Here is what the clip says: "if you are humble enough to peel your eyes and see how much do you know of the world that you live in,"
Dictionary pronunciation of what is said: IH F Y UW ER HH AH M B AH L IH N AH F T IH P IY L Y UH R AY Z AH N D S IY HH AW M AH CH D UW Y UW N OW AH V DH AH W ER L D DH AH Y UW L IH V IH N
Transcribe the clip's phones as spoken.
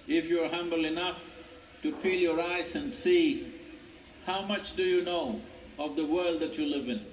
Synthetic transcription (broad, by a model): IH F Y UW ER HH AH M B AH L IH N AH F T IH P IY L Y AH R AY Z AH N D S IY HH AW M AH CH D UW Y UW N OW AH V DH AH W ER L D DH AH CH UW L IH V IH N